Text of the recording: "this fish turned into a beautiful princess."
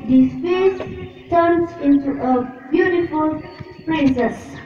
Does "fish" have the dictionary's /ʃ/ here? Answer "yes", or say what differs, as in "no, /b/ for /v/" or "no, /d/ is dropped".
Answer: no, /s/ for /ʃ/